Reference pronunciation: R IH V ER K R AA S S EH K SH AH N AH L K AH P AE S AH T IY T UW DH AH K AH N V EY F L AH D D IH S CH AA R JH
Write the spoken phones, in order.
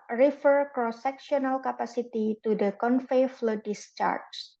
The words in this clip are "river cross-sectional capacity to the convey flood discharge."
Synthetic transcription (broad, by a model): R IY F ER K R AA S S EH K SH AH N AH L K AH P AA S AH T IY T UW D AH K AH N F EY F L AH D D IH S CH AA R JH